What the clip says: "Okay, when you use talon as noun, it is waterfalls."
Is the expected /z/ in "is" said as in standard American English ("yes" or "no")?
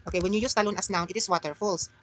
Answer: no